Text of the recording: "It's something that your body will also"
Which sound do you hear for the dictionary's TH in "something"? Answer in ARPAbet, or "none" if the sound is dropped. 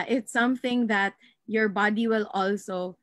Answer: TH